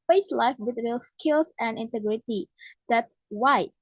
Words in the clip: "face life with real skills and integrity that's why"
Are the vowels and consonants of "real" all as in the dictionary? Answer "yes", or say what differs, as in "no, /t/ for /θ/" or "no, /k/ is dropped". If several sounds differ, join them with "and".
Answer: yes